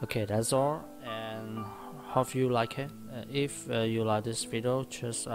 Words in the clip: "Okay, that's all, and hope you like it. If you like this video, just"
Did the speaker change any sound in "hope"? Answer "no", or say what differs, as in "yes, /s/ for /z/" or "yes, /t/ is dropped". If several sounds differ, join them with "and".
yes, /f/ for /p/